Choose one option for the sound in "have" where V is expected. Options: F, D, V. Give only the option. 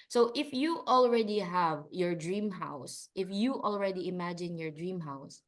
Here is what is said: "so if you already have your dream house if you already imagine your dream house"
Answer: V